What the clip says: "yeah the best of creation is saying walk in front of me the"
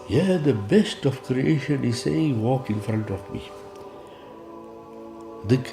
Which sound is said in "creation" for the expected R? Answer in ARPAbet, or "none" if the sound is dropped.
R